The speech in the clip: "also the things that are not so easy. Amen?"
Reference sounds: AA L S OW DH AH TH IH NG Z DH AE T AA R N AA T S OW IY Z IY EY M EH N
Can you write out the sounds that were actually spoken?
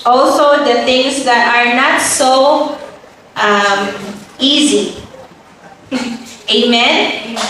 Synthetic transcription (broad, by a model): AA L S OW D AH T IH NG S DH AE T AA R N AA T S OW IY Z IY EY M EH N